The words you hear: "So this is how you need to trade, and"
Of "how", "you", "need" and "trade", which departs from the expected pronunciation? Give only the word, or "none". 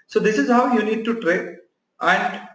trade